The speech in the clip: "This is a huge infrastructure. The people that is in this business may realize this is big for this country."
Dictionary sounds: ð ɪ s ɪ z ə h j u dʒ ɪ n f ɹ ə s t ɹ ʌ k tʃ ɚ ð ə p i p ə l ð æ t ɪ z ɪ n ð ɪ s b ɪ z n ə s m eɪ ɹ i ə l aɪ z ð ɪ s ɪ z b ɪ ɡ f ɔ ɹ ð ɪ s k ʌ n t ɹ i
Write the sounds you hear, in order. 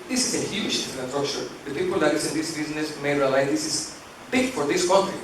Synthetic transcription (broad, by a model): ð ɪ s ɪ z ə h j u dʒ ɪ f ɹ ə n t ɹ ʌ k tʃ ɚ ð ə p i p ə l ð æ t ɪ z ɪ n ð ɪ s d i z n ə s m eɪ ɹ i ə l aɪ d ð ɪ s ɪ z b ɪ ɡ f ɔ ɹ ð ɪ s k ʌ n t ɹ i